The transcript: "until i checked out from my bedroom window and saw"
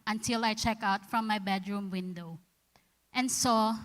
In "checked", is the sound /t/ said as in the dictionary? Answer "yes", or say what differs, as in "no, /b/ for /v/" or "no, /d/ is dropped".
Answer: no, /t/ is dropped